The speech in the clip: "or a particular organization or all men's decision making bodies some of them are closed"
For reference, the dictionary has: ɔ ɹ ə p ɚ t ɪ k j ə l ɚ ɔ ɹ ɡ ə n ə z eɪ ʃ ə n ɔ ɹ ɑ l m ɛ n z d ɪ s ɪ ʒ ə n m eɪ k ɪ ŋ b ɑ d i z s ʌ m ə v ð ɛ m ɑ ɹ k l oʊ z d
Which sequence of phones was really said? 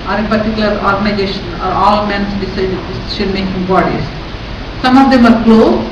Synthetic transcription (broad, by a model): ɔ ɹ ə p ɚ t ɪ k j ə l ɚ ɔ ɹ ɡ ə n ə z eɪ ʃ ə n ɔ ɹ ɑ l m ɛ n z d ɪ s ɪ s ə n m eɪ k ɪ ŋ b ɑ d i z s ʌ m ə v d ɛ m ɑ ɹ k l oʊ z